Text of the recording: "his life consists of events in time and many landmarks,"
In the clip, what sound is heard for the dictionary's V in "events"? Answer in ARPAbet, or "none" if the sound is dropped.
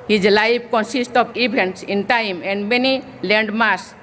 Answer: B